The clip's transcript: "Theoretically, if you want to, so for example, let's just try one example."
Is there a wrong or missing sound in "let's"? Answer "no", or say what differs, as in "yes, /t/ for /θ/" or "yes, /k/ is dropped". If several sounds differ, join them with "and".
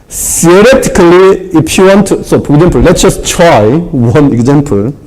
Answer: no